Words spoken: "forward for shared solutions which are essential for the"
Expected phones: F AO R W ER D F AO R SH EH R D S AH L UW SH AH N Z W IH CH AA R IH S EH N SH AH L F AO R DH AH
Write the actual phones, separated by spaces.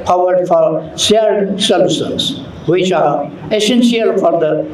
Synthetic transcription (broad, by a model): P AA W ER D F AO R S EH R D S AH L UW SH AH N S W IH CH AA R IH S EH N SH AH L F AO R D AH